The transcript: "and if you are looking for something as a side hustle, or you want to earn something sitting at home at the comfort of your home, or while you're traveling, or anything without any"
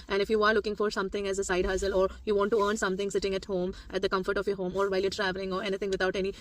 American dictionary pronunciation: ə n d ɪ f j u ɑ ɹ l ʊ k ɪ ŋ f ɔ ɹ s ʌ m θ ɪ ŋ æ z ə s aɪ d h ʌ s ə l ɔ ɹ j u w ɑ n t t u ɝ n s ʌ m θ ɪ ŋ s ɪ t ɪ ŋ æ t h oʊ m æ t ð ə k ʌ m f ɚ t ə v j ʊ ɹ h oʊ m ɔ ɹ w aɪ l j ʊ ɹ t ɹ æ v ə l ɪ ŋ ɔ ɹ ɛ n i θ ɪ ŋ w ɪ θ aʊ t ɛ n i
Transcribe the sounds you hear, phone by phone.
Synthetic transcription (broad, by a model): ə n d ɪ f j u ɑ ɹ l ʊ k ɪ ŋ f ɔ ɹ s ʌ m t ɪ ŋ æ z ə s aɪ d h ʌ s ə l ɔ ɹ j u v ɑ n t t u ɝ n s ʌ m t ɪ ŋ s ɪ t ɪ ŋ æ t h oʊ m æ t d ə k ʌ m f ɚ t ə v j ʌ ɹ h oʊ m ɔ ɹ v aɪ l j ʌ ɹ t ɹ æ v ə l ɪ ŋ ɔ ɹ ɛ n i t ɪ ŋ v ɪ t aʊ t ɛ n i